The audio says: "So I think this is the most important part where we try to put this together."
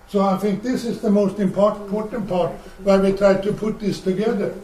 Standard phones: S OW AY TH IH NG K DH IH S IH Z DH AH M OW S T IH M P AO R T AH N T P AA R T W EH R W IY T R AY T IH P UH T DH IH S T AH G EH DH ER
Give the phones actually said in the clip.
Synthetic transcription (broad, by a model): S OW AY TH IH NG K DH IH S IH Z DH AH M OW S T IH M P AO R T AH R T P AA R T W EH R W IY T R AY T IH P UH T DH IH S T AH G EH DH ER